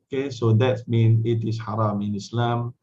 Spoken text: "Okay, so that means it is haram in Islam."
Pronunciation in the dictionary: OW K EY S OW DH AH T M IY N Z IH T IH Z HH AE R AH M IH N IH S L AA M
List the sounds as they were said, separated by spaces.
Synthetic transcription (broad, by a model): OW K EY S OW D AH T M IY N IH T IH S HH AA R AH M IH N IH S L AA M